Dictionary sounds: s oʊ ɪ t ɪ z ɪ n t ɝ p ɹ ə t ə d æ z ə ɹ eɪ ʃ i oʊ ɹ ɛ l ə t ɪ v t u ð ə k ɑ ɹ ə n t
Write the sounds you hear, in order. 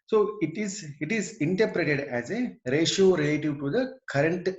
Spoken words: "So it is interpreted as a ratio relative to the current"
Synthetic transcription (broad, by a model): s oʊ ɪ t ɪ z ɪ n t ɝ p ɹ ə t ə d æ z ə ɹ eɪ ʃ i oʊ ɹ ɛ l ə t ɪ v t u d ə k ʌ ɹ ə n t